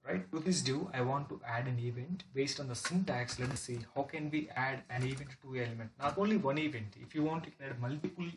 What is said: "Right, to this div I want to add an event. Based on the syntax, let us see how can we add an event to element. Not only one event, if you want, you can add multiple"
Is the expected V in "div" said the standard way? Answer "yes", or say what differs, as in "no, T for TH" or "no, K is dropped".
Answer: no, V is dropped